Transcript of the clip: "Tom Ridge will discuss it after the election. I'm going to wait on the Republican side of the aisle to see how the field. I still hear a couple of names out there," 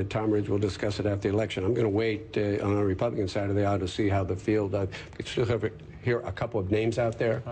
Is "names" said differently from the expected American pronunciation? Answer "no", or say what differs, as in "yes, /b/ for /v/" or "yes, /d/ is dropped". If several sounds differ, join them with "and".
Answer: no